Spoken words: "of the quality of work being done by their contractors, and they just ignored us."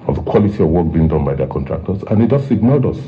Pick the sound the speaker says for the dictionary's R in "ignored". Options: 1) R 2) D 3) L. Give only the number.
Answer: 3